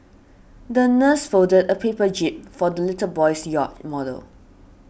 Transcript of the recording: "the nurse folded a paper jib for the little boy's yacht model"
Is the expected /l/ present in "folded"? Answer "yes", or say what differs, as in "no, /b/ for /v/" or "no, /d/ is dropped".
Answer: no, /l/ is dropped